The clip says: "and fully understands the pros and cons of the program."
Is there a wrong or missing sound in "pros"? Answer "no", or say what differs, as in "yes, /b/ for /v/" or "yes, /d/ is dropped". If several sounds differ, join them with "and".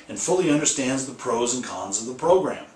no